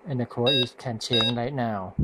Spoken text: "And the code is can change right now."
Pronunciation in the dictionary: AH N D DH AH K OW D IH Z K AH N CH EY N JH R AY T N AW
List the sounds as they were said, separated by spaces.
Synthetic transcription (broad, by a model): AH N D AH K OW IH S K AH N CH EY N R AY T N AW